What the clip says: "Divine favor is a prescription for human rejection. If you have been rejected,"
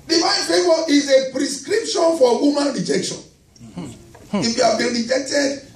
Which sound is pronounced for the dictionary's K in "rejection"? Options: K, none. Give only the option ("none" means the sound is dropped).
K